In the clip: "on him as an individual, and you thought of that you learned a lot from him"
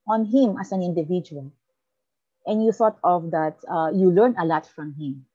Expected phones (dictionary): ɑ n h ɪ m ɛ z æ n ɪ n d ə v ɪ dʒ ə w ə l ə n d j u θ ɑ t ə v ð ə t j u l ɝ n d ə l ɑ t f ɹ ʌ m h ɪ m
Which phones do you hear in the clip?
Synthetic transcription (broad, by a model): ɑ n h ɪ m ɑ s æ n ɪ n d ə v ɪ dʒ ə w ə l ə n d j u θ ɑ t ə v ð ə t j u l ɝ n ə l ɑ t f ɹ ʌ m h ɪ m